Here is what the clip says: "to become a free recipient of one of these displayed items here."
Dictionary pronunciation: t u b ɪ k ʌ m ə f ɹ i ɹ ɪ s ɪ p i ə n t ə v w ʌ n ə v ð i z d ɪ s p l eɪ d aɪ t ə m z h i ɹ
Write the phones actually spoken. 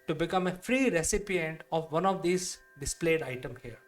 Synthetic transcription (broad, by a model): t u b ɪ k ʌ m ə f ɹ i ɹ ɪ s ɪ p i ə n t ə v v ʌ n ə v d i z d ɪ s p l eɪ d aɪ t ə m h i ɹ